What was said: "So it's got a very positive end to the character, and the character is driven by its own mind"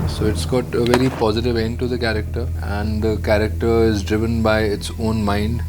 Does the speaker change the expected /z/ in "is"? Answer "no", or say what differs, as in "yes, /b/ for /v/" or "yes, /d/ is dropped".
no